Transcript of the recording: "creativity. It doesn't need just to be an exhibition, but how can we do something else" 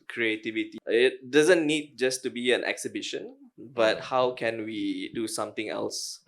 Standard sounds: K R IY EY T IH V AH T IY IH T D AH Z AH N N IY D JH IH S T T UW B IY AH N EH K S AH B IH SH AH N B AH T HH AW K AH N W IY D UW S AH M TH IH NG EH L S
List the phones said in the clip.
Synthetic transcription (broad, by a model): K R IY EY T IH V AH T IY IH T D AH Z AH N N IY D JH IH S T T UW B IY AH N EH K S AH B IH SH AH N B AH T HH AW K AH N W IY D UW S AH M T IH NG EH L S